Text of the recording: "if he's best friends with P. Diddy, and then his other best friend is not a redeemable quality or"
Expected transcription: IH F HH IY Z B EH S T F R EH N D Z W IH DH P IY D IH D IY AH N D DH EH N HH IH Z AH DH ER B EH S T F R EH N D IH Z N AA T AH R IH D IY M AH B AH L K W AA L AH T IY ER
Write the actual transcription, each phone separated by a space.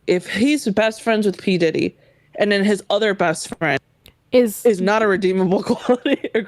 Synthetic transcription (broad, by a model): IH F HH IY Z B EH S T F R EH N D Z W IH DH P IY D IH D IY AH N DH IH N IH Z AH DH ER B EH S T F R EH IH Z IH Z N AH T AH R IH D IY M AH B L K W AA L AH T IY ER